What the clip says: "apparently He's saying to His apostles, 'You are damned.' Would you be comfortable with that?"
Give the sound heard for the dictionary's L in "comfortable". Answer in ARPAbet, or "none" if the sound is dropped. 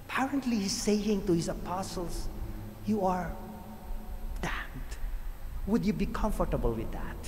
L